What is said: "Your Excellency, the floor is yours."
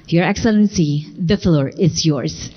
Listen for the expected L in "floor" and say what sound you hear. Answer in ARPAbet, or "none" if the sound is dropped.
L